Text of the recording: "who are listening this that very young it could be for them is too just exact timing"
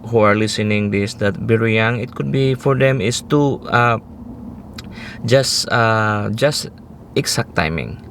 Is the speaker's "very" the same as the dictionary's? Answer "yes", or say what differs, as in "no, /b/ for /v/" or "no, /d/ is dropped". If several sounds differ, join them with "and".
no, /b/ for /v/